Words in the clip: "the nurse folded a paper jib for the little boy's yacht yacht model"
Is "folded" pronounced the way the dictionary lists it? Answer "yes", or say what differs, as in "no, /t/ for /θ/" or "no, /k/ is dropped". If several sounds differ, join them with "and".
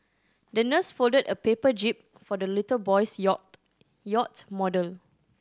yes